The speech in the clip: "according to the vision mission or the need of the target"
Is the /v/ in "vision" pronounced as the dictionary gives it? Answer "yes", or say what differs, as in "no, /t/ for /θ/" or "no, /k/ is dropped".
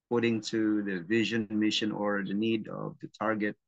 yes